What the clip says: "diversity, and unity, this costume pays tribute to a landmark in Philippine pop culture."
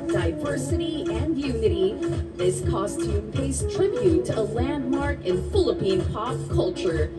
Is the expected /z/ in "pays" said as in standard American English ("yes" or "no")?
no